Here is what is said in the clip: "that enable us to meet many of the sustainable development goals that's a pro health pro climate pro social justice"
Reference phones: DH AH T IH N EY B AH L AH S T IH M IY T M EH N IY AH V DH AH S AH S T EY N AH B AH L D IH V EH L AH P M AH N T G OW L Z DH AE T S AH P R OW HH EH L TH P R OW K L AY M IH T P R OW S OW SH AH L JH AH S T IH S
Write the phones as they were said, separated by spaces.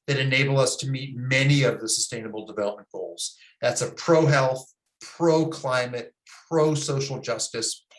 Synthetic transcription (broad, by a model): DH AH T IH N EY B L AH S T IH M IY T M EH N IY AH V DH AH S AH S T EY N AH B L D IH V EH L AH P M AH N G OW L Z DH AE T S AH P R OW HH EH L TH P R OW K L AY M IH T P R OW S OW SH L JH AH S T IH S